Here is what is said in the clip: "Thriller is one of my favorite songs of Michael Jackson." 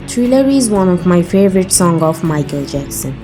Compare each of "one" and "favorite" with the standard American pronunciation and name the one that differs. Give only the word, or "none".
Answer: none